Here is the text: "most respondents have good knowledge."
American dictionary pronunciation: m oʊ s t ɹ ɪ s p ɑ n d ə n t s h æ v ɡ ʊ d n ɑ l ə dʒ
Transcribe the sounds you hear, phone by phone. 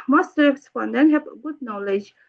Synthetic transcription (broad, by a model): m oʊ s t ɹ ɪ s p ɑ n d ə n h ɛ p ɡ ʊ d n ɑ l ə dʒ